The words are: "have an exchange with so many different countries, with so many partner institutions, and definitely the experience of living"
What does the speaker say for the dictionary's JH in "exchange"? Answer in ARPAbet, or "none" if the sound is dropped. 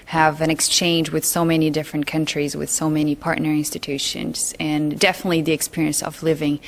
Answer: JH